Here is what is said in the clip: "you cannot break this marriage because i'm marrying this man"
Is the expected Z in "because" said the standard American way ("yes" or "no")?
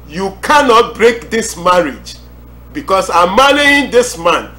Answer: no